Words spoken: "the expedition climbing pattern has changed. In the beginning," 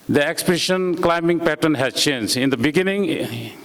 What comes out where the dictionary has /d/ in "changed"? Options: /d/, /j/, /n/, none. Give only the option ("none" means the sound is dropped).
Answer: none